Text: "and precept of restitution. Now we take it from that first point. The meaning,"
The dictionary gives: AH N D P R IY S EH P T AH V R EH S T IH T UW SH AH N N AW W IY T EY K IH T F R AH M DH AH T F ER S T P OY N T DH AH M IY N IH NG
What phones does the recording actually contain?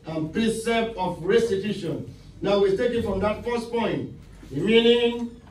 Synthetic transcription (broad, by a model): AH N P R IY S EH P AH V R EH S T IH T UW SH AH N N AW W IY T EY K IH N F R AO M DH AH T F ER S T P OY N T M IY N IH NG